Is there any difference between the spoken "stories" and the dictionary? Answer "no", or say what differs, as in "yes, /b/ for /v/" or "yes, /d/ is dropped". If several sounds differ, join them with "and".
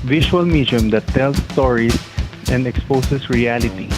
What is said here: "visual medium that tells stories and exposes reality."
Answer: yes, /s/ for /z/